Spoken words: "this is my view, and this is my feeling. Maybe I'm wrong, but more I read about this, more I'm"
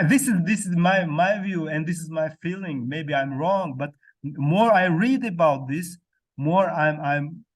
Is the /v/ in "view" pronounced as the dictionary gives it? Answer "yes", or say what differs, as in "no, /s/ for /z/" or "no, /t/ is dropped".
yes